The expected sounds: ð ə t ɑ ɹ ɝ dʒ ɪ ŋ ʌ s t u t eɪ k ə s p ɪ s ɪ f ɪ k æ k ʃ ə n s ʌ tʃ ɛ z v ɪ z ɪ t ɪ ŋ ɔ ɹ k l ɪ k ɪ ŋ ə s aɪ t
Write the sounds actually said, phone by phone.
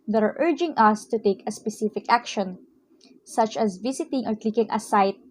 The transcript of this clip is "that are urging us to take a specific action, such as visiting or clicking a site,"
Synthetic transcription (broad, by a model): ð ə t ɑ ɹ ɝ dʒ ɪ ŋ ʌ s t u t eɪ k ə s p ɪ s ɪ f ɪ k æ k ʃ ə n s ʌ tʃ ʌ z v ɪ s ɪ t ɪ ŋ ɔ ɹ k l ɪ k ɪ ŋ ə s aɪ t